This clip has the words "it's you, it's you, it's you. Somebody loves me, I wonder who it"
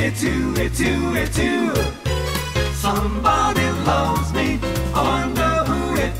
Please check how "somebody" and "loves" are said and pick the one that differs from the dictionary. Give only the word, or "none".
none